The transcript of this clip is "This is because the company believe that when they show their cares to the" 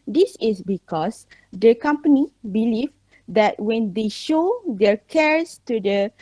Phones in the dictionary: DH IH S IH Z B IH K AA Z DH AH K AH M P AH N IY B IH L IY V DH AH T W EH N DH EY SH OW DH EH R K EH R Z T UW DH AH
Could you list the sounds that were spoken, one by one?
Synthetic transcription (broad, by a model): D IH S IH S B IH K AA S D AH K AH M P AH N IY B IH L IY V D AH T W EH N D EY SH OW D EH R K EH R S T UW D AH